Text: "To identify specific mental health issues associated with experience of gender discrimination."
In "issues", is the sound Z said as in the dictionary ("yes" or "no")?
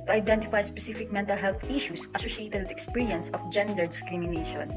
no